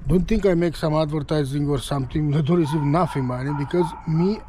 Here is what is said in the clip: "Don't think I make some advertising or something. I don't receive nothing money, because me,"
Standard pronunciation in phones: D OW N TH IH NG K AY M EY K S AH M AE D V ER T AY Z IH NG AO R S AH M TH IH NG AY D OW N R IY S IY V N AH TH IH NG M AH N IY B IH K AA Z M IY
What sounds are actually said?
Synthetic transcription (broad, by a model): D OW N T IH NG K AY M EY K S AH M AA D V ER T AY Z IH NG AO R S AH M T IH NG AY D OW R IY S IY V N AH F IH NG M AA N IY B IH K AA Z M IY